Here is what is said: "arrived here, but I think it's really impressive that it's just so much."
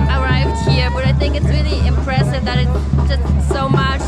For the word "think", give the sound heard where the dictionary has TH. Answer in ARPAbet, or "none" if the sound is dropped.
TH